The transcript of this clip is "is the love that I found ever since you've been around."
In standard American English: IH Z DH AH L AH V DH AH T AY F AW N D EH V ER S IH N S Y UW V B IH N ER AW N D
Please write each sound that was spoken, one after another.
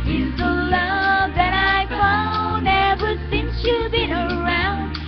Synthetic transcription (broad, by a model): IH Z DH AH L AH V DH AH T AY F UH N EH V ER S IH N S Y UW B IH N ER AW N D